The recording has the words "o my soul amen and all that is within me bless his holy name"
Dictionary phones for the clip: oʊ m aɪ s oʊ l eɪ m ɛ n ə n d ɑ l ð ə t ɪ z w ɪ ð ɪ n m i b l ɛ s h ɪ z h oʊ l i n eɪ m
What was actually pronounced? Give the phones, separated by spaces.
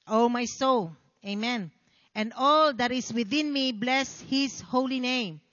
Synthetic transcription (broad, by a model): oʊ m aɪ s oʊ l eɪ m ɛ n ə n d ɑ l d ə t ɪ s w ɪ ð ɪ n m i b l ɛ s h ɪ s h oʊ l i n eɪ m